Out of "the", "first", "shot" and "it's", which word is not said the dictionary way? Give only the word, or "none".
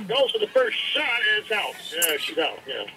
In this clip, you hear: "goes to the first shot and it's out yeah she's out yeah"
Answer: shot